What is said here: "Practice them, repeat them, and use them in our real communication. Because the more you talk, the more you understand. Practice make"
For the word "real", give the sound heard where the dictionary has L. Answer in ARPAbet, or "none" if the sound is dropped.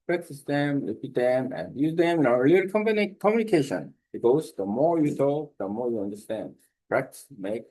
N